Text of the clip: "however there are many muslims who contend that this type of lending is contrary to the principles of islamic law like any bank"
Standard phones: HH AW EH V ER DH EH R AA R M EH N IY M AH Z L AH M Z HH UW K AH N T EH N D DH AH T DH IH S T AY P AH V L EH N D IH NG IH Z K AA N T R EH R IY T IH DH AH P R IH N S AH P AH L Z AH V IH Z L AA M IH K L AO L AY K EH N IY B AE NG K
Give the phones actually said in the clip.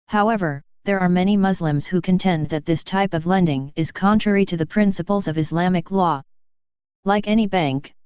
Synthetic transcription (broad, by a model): HH AW EH V ER DH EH R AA R M EH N IY M AH Z L AH M Z HH UW K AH N T EH N DH AH T DH IH S T AY P AH V L EH N D IH NG IH Z K AA N T R EH R IY T IH DH AH P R IH N S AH P L Z AH V IH Z L AA M IH K L AO L AY K EH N IY B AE NG K